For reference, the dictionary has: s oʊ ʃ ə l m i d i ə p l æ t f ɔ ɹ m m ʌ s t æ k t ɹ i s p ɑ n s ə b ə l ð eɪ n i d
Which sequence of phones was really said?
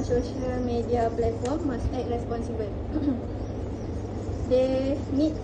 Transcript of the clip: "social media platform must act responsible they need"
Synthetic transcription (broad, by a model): s oʊ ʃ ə l m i d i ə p l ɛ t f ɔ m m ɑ s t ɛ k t ɹ i s p ɑ n s ə b ə l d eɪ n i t